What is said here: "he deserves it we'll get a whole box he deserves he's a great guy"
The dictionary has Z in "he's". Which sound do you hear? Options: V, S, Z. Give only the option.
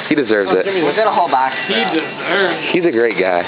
Z